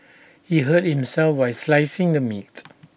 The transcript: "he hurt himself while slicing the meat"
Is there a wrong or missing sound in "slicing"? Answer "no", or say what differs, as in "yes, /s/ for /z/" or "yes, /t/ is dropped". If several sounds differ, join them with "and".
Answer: no